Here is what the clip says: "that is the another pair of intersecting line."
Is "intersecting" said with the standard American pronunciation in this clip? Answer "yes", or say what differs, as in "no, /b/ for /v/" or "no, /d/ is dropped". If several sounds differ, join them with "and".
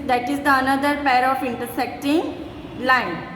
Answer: yes